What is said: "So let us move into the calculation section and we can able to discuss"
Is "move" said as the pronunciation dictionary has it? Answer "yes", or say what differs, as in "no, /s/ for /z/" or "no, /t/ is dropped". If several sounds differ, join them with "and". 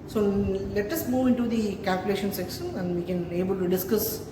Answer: yes